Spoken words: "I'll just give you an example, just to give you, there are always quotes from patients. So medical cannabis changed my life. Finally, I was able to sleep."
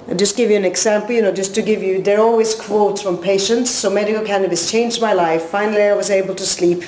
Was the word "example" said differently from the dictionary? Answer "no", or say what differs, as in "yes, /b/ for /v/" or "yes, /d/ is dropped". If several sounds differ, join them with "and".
yes, /n/ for /l/